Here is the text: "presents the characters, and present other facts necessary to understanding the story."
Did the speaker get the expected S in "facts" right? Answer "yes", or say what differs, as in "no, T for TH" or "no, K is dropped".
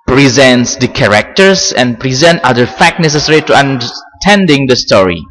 no, S is dropped